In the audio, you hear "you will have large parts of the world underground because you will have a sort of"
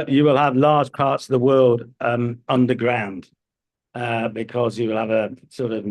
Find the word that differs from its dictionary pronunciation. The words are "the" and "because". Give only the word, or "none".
none